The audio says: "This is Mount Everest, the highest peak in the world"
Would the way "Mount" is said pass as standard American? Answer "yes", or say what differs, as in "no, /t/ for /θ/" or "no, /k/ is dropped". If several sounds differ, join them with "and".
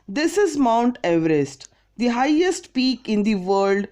yes